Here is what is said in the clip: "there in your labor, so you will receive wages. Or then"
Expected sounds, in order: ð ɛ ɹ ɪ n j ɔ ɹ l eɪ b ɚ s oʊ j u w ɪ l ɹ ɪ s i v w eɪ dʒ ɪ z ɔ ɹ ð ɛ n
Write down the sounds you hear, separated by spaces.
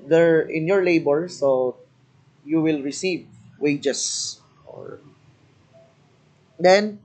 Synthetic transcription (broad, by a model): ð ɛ ɹ ɪ n j ɔ ɹ l eɪ b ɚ s oʊ j u w ɪ l ɹ ɪ s i v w eɪ dʒ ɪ s ɔ ɹ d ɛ n